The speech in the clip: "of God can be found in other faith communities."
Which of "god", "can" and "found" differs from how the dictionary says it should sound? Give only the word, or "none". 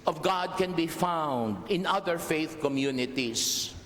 none